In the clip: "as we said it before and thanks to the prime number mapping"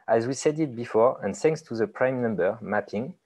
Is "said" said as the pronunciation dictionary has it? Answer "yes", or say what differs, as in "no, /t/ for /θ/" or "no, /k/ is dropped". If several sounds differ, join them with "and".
yes